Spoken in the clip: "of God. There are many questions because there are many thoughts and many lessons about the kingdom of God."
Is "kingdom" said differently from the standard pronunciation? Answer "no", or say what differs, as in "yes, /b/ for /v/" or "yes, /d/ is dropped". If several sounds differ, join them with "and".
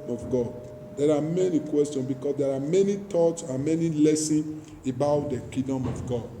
yes, /ŋ/ is dropped